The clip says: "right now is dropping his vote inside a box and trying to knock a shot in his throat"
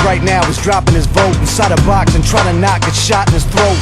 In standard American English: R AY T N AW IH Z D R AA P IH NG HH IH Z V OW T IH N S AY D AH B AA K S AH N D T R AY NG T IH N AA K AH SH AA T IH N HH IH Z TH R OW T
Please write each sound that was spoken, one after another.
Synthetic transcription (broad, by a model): R AY T N AW IH Z D R AA P IH NG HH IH Z B OW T N S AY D AH B AA K S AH N T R AY T IH N AA K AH SH AA T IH N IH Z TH R OW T